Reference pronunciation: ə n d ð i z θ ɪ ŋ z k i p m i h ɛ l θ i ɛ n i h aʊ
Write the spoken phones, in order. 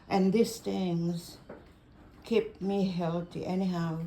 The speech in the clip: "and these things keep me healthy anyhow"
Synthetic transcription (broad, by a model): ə n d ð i s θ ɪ ŋ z k i p m i h ɛ l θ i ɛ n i h aʊ